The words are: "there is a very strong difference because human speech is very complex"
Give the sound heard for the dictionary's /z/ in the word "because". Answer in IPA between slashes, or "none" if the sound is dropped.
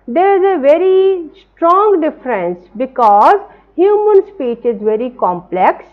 /z/